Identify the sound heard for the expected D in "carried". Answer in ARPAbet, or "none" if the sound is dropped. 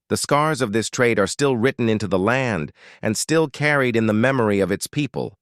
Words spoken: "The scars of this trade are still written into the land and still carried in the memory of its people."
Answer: D